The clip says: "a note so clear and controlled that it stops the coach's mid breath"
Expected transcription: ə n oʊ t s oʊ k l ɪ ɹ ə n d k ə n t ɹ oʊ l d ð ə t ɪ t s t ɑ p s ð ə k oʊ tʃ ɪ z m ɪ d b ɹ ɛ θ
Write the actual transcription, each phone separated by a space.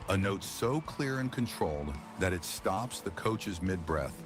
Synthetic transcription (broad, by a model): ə n oʊ t s oʊ k l ɪ ɹ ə n k ə n t ɹ oʊ l d ð ə t ɪ t s t ɑ p s ð ə k oʊ tʃ ɪ z m ɪ d b ɹ ɛ θ